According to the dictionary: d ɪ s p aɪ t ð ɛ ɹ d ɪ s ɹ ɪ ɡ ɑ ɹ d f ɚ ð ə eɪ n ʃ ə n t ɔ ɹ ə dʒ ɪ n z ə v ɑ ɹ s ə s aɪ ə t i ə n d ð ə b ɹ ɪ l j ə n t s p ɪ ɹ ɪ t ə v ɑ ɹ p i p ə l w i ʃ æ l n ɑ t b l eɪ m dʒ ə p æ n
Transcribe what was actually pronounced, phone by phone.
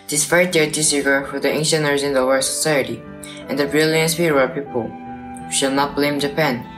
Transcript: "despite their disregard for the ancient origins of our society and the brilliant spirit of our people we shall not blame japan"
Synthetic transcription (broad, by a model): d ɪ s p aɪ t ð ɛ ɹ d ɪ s ɪ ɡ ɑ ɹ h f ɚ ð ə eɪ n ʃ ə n ʌ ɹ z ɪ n ə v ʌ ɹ s ə s aɪ ə t i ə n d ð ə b ɹ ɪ l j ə n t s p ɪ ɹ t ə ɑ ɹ p i p ə l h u ʃ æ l n ɑ t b l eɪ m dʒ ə p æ n